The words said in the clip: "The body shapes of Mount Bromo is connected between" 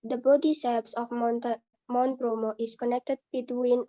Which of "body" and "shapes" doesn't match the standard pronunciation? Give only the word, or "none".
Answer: shapes